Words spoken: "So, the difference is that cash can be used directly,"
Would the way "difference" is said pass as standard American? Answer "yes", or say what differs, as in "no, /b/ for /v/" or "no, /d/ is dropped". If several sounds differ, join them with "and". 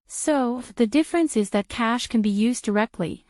yes